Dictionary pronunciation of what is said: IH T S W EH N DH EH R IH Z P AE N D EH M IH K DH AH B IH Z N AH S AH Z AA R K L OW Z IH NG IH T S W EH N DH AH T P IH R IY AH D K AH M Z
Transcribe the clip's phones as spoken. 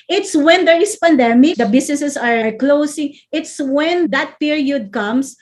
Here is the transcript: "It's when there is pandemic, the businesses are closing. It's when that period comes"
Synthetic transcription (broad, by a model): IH T S W EH N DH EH R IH S P AE N D EH M IH K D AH B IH S N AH S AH S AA R K L OW S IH NG IH T S W EH N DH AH T P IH R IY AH D K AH M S